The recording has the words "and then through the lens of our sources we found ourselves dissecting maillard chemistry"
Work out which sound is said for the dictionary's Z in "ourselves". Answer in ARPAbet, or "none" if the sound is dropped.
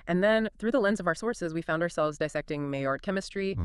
Z